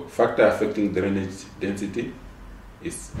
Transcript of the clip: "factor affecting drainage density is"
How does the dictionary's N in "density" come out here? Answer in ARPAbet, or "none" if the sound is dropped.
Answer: N